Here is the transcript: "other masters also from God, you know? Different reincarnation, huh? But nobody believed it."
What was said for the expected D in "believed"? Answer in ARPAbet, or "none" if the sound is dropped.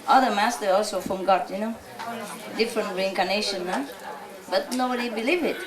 none